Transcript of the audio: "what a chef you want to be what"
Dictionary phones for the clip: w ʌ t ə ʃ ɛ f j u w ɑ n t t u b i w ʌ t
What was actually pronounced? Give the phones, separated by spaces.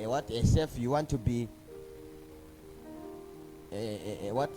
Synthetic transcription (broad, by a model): w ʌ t ə s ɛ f j u w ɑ n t t u b i w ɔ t